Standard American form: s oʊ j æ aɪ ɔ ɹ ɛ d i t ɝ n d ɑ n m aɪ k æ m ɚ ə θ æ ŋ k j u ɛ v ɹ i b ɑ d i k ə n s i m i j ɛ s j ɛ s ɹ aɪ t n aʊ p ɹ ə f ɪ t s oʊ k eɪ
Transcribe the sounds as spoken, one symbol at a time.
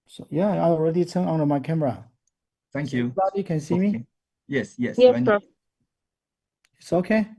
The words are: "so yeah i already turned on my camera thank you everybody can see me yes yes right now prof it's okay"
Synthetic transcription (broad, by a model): s oʊ j æ aɪ ɔ ɹ ɛ d i t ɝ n ɑ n m aɪ k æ m ɚ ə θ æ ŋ k j u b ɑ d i k ə n s i m i j ɛ s j ɛ s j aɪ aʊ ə ɪ t s oʊ k eɪ